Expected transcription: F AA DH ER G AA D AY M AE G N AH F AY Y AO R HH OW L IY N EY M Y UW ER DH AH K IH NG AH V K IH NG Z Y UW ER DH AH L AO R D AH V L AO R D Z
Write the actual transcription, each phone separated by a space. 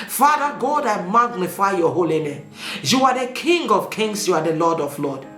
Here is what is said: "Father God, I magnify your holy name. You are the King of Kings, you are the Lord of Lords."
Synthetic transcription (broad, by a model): F AA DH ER G AA D AY M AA G N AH F AY Y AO HH OW L IY N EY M Y UW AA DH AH K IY NG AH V K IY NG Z Y UW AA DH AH L AO D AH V L AO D